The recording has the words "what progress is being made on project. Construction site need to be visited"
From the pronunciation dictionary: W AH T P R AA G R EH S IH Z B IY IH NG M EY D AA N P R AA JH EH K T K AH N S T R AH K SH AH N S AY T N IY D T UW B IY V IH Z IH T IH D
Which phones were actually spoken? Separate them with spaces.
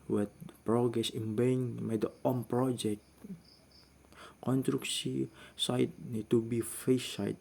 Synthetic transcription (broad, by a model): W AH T P R AA G R EH S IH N B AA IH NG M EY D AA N P R AA JH EH K T K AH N T R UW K S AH S AY T N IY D T UW B IY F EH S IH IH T